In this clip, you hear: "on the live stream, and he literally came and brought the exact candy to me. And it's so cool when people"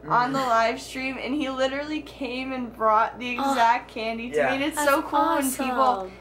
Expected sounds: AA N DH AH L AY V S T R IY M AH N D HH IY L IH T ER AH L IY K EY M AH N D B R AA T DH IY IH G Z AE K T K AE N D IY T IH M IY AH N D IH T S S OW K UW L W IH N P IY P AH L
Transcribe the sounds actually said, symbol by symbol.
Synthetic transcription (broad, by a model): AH N DH AH L AY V S T R IY M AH N IY L IH T ER L IY K EY M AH N B R AA T DH IY IH G Z AE K T K AE N D IY T IH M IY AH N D IH T S S OW K UW L W IH N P IY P L